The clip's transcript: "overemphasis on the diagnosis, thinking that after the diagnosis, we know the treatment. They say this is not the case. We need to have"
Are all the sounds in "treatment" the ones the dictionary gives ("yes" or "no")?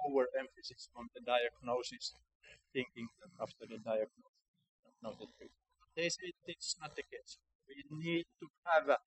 no